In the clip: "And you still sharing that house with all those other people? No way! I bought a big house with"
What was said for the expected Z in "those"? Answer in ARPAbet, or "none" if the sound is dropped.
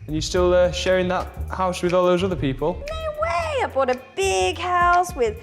Z